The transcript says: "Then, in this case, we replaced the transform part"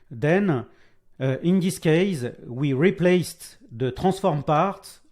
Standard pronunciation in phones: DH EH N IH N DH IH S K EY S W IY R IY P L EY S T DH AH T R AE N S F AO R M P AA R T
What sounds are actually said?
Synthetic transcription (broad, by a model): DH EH N IH N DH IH S K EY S W IY R IY P L EY S T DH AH T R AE S F AO R M P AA R T